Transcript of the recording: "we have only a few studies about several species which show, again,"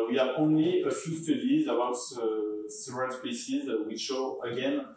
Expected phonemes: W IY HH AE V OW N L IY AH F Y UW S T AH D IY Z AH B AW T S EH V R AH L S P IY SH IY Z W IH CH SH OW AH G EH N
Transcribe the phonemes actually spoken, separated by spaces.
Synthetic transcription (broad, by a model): W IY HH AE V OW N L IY AH F Y UW S T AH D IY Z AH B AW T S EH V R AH N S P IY S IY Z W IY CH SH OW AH G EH N